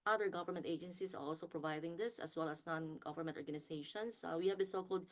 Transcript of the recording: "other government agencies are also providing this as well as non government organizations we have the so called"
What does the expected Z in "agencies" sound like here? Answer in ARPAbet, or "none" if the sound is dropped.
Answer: S